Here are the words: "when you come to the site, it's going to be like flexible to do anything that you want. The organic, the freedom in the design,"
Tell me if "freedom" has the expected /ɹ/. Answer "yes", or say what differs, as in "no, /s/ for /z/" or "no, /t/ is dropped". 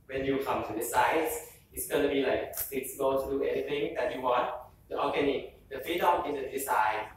no, /ɹ/ is dropped